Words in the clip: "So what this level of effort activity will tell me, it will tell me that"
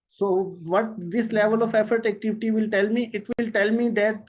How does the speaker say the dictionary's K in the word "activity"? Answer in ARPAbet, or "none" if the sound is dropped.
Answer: K